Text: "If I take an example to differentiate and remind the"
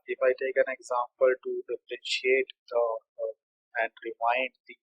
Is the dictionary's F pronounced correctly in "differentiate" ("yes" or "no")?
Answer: no